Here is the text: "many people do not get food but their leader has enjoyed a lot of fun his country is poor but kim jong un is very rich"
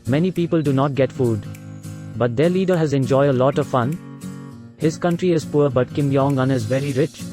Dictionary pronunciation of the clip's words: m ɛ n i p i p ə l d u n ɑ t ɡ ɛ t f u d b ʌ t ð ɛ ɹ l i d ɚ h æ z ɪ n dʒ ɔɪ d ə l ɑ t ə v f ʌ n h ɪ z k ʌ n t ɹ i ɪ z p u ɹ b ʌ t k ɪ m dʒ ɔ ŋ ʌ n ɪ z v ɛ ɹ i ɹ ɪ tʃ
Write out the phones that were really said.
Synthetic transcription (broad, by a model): m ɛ n i p i p ə l d u n ɑ t ɡ ɛ t f u d b ʌ t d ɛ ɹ l i d ɚ h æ z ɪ n dʒ ɔɪ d ə l ɑ t ə v f ʌ n h ɪ z k ʌ n t ɹ i ɪ z p u ɹ b ʌ t k ɪ m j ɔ ŋ ʌ n ɪ z v ɛ ɹ i ɹ ɪ tʃ